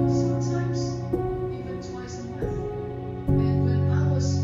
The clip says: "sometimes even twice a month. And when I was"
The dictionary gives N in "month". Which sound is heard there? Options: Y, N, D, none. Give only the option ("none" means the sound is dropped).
none